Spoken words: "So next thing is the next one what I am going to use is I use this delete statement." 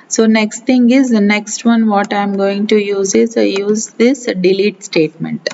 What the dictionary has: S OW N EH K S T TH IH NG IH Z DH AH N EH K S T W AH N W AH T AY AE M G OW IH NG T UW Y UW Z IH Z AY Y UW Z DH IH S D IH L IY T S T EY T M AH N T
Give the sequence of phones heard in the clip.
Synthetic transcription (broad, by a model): S OW N EH K S T T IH NG IH Z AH N EH K S T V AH N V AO T AY M G OW IH NG T UW Y UW Z IH Z Y UW Z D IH S D IH L IY T S T EY T M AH N T